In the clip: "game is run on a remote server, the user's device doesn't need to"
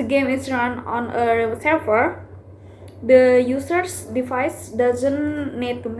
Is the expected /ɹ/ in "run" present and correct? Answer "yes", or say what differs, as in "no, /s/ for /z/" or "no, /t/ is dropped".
yes